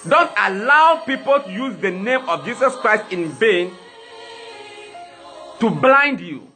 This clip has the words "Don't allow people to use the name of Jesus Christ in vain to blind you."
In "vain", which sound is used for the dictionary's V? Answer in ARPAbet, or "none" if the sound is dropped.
B